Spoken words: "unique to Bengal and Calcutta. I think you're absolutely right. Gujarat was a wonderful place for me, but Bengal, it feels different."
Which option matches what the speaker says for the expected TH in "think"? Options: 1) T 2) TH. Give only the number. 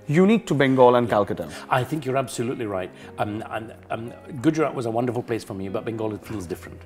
2